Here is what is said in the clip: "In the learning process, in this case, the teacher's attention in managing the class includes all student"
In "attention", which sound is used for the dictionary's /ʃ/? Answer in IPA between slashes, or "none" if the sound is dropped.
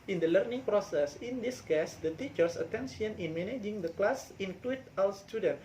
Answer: /s/